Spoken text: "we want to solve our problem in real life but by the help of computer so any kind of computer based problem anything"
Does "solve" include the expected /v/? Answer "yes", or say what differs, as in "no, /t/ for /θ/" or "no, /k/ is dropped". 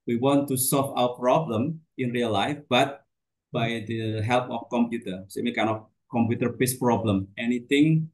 no, /f/ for /v/